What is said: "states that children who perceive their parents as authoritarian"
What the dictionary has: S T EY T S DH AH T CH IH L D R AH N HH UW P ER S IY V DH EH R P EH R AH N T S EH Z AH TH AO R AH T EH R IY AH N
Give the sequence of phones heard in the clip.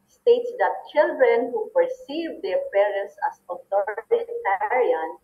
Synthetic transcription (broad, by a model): S T EY T S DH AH T CH IH L D R AH N HH UW P ER S IY V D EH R P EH R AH N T S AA S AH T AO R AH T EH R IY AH N